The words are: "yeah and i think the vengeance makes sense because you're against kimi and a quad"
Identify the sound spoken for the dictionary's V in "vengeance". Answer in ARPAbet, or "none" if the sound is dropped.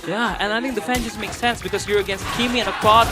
F